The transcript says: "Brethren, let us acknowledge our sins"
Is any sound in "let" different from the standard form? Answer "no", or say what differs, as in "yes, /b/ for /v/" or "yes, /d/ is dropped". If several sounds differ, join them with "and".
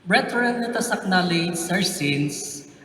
yes, /n/ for /l/